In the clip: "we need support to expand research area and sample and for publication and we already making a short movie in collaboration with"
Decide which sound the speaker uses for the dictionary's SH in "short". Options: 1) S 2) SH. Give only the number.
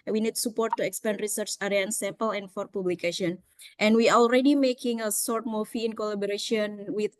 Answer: 1